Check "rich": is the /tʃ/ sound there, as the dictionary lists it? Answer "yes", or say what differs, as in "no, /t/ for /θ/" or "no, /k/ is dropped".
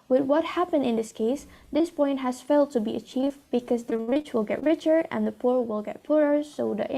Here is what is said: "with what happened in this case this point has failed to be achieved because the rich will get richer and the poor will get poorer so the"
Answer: yes